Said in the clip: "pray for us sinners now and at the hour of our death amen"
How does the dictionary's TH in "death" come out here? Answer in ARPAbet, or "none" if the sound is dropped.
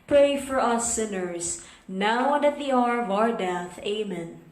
TH